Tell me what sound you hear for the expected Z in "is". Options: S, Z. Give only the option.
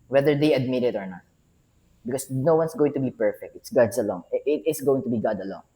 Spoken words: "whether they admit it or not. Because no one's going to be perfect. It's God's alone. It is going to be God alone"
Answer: S